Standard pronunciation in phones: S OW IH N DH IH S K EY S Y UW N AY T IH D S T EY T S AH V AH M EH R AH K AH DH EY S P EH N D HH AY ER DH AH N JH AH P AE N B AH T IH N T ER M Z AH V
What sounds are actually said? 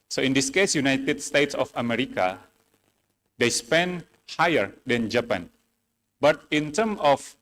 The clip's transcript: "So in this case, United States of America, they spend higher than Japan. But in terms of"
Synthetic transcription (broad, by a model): S OW IH N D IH S K EY S Y UW N AY T IH D S T EY T S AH F AH M EH R AH K AH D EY S P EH N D HH AY ER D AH N JH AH P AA N B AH T IH N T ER M AH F